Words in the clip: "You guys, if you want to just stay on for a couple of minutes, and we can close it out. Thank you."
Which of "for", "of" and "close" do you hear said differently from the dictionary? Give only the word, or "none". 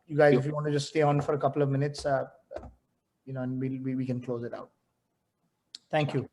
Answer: none